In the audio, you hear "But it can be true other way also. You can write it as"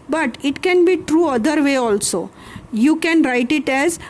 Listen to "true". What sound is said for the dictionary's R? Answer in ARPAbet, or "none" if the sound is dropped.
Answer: R